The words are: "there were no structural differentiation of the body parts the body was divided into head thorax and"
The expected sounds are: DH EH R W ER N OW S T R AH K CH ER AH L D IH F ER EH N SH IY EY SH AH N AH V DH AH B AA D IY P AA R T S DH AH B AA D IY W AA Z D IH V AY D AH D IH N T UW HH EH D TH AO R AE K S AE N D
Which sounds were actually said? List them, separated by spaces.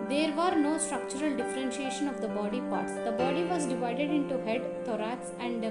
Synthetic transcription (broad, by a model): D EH R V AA N OW S T R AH K CH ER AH L D IH F ER EH N SH IY EY SH AH N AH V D AH B AA D IY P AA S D AH B AA D IY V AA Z D IH V AY D AH D IH N T UW HH EH D T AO R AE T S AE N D